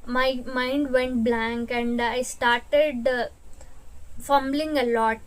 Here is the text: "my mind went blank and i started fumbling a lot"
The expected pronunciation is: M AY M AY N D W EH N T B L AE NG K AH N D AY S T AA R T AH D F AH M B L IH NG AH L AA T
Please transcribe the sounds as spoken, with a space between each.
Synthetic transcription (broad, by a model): M AY M AY N D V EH N T B L AE NG K AH N D AY S T AA R T AH D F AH M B L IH NG AH L AA T